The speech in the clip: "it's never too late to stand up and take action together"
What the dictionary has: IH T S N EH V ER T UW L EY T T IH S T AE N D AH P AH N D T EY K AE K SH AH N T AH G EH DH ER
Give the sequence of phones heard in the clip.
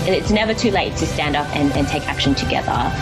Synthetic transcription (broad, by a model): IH T S N EH V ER T UW L EY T T IH S T AE N D AH P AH N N T EY K AE K SH AH N T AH G EH DH ER